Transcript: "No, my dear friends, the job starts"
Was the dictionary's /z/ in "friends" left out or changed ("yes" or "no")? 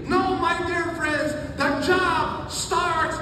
no